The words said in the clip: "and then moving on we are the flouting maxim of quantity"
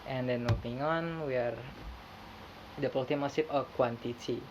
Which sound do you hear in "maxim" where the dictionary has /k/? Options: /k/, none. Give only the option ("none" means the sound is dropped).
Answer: none